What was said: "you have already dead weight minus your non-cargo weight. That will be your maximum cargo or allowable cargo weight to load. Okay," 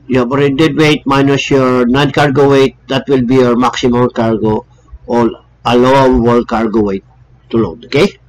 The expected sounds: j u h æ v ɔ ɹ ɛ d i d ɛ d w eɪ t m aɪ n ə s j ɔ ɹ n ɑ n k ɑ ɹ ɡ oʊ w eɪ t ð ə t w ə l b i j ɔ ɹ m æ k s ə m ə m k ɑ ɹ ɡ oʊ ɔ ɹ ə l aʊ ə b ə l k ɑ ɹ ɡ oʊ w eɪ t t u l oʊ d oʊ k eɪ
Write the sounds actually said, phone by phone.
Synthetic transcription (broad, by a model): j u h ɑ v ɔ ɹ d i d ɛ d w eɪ t m aɪ n ə s j ɔ ɹ n ɑ n k ɑ ɹ ɡ oʊ w eɪ t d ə t w ə l b i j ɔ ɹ m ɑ k s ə m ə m k ɑ ɹ ɡ oʊ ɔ l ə l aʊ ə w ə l k ɑ ɹ ɡ oʊ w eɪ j t u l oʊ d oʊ k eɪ